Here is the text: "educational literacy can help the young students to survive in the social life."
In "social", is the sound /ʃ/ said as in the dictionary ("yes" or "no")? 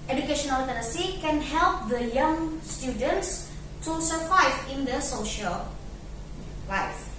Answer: yes